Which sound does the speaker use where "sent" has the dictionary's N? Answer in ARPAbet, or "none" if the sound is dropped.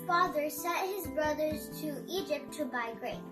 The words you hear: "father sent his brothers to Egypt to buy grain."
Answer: none